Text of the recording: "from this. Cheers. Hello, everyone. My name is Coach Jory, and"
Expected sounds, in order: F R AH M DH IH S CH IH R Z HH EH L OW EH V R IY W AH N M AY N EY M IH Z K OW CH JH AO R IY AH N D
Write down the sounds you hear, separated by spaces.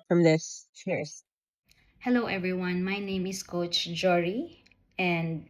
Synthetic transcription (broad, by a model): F R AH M DH IH S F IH R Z HH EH L OW EH V R IY W AH N M AY N EY M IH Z K OW CH JH AO R IY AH N D